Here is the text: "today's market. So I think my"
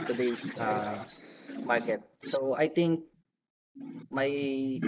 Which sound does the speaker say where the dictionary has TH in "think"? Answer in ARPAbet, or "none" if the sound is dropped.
T